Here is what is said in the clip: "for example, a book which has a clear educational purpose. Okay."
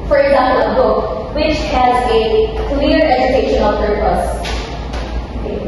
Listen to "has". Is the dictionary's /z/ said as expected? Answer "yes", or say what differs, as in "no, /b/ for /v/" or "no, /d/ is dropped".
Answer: yes